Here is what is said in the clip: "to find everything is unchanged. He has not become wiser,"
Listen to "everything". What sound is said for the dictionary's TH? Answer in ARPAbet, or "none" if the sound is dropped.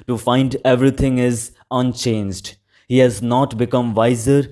T